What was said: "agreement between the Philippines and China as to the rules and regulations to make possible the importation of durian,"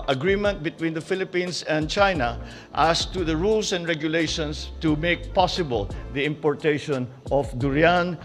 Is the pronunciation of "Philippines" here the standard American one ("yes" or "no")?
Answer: no